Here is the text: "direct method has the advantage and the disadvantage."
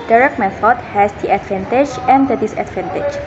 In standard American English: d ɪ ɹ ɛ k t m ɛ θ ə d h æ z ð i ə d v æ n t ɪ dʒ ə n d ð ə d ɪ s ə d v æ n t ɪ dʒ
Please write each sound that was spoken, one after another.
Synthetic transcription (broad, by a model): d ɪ ɹ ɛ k m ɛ f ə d h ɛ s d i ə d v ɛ n t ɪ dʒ ə n d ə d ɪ s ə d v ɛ n t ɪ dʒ